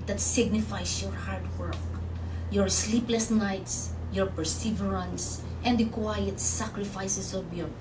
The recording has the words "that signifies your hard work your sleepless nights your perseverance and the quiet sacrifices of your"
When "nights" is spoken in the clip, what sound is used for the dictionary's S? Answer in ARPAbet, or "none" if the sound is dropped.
S